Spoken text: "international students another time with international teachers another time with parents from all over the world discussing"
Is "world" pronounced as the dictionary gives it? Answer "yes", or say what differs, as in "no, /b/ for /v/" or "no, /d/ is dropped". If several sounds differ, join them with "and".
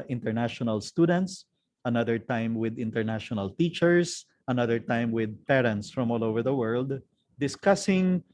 yes